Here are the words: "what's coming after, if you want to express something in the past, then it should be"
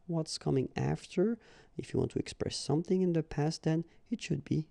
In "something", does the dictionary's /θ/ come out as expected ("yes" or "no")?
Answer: yes